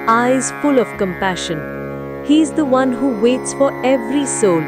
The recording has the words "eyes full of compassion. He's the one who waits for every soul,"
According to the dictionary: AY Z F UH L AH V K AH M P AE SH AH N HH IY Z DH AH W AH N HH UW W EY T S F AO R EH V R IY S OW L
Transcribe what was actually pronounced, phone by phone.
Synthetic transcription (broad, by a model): AY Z F UH L AH V K AH M P AE SH AH N HH IY Z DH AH W AH N HH UW W EY T S F AO R EH V R IY S OW L